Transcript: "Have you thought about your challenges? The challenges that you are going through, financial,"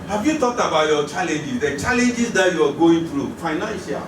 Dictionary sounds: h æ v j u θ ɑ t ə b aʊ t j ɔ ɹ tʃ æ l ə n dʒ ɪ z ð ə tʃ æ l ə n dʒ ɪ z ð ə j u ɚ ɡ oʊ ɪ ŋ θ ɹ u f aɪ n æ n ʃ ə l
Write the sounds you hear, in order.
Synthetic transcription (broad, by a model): h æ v j u t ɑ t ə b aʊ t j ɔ tʃ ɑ l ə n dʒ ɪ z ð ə tʃ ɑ l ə n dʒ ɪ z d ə j u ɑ ɡ oʊ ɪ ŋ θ ɹ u f aɪ n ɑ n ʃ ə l